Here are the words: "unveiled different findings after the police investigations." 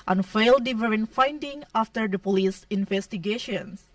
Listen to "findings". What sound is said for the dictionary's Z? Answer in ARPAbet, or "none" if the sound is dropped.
none